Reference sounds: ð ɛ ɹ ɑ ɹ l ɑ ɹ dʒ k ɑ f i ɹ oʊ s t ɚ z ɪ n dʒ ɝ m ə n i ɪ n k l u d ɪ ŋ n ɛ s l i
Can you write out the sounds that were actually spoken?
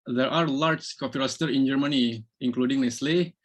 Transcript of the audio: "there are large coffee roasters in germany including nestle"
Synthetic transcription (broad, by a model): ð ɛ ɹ ɑ ɹ l ɑ ɹ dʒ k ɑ p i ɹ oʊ s t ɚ ɪ n dʒ ɝ m ə n i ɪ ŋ k l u d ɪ ŋ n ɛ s l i